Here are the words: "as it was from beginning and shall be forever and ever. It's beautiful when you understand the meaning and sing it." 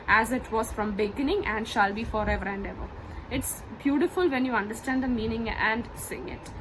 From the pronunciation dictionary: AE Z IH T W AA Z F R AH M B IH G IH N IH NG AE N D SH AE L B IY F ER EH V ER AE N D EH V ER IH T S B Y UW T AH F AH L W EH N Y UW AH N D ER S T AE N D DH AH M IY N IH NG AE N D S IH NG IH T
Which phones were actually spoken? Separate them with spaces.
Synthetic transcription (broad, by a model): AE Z IH T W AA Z F R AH M B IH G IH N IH NG AE N D SH AE L B IY F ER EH V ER AE N D EH V ER IH T S B Y UW T AH F AH L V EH N Y UW AH N D ER S T AE N D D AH M IY N IH NG AE N D S IH NG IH T